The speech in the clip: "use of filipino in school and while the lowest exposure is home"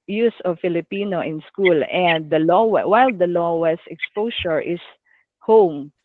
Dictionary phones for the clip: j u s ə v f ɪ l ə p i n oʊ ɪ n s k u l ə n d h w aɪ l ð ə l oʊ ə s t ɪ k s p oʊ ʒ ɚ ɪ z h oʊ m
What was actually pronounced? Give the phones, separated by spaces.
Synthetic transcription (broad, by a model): j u s ə v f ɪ l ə p i n oʊ ɪ n s k u l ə n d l w aɪ l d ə l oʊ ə s ɪ k s p oʊ s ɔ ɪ s h oʊ m